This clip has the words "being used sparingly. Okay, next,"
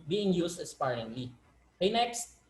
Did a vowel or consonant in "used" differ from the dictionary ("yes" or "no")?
yes